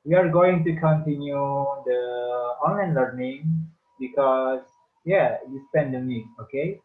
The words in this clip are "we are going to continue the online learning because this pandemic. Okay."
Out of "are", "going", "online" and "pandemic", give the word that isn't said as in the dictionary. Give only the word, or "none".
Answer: pandemic